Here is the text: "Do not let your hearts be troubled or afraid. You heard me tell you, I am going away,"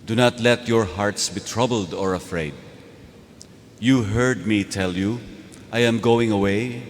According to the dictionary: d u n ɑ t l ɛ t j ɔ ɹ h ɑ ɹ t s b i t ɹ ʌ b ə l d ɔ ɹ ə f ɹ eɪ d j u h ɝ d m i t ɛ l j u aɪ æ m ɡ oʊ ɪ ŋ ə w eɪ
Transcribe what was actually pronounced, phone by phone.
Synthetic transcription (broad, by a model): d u n ɑ t l ɛ t j ɔ ɹ h ɑ ɹ t s b i t ɹ ʌ b ə l d ɔ ɹ ə f ɹ eɪ d j u h ɝ d m i t ɛ l j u aɪ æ m ɡ oʊ ɪ ŋ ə w eɪ